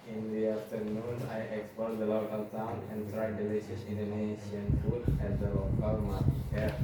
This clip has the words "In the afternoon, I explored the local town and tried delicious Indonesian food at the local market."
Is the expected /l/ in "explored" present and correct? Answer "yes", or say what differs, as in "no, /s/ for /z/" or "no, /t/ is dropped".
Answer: no, /l/ is dropped